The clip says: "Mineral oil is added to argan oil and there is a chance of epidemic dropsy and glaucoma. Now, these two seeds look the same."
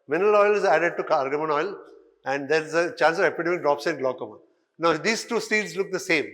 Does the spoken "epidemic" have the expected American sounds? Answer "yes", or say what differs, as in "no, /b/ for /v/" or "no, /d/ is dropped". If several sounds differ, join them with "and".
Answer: no, /m/ is dropped